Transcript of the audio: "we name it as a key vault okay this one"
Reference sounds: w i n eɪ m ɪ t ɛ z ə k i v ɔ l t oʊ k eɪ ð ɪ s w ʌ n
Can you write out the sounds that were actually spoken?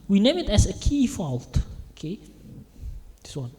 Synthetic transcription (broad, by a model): w i n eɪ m ɪ t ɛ s ə k i f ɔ l t oʊ k eɪ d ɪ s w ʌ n